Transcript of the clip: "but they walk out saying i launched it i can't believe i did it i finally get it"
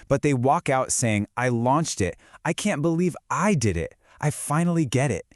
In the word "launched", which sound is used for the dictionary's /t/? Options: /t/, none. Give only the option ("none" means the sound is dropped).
/t/